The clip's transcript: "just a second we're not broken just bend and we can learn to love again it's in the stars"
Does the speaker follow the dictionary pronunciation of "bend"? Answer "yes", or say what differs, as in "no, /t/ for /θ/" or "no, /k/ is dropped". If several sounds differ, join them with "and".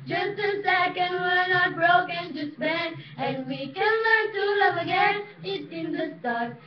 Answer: no, /d/ is dropped